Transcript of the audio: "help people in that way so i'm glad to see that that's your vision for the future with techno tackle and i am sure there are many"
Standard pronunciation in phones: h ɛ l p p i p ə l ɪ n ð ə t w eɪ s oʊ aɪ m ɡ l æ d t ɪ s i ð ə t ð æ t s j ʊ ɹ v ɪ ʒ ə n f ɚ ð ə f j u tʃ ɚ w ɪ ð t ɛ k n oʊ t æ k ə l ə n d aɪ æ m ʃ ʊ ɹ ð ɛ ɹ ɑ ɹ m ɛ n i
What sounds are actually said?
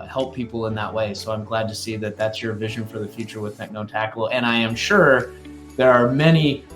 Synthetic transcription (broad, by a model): h ɛ l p p i p l ɪ n ð ə t w eɪ s oʊ aɪ m ɡ l æ d t ɪ s i ð ə t ð æ t s j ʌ ɹ v ɪ ʒ ə n f ɚ ð ə f j u tʃ ɚ w ɪ ð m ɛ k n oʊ t æ k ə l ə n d aɪ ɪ m ʃ ʊ ɹ ð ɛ ɹ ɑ ɹ m ɛ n i